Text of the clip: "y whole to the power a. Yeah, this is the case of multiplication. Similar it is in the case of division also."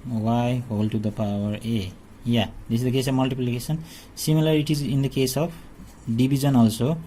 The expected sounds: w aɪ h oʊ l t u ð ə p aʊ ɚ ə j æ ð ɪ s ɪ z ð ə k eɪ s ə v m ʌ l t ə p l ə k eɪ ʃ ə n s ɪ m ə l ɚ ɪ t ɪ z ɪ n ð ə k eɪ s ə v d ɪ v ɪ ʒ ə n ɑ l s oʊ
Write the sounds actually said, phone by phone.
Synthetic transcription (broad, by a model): w aɪ h oʊ l t u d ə p aʊ ɚ ə j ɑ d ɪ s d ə k eɪ s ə b m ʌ l t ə p l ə k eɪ s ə n s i m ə l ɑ ɪ t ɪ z ɪ n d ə k eɪ s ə p d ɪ b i z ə n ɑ l s oʊ